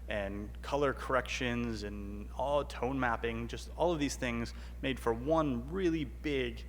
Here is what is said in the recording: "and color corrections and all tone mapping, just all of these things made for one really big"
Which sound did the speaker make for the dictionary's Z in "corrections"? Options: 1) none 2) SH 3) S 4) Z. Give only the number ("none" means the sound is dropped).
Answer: 4